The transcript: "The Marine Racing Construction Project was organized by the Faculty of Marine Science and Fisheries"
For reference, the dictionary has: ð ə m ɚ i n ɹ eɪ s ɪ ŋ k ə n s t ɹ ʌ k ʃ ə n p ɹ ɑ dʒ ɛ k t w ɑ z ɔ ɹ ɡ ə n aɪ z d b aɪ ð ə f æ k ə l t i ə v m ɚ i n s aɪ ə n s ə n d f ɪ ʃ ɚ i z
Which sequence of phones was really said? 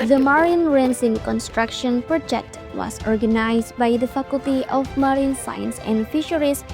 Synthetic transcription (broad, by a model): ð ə m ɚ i n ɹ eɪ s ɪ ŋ k ə n s t ɹ ʌ k ʃ ə n p ɹ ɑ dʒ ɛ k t w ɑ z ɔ ɹ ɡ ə n aɪ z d b aɪ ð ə f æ k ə l t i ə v m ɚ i n s aɪ ə n s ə n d f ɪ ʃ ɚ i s